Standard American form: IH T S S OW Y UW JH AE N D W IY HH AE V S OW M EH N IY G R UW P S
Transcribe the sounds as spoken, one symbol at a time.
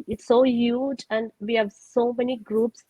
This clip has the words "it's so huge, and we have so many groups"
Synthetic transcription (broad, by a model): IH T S S OW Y UW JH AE N D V IY HH AE V S OW M EH N IY G R UW P S